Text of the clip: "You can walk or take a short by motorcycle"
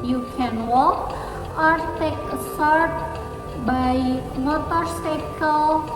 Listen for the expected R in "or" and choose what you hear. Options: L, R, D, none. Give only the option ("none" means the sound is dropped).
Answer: R